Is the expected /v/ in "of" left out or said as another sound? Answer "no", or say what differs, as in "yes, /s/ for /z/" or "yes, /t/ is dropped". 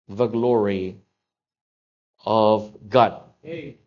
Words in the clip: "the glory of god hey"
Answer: no